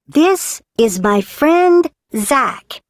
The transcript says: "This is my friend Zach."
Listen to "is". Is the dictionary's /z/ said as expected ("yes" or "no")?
yes